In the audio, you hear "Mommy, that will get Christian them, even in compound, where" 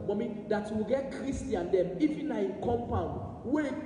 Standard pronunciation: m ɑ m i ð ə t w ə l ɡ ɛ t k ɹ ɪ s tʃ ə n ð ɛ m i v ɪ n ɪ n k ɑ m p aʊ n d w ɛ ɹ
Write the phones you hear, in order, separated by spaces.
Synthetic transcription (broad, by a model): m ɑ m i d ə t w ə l ɡ ɛ t k ɹ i s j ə n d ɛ m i f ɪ n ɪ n k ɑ m p aʊ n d w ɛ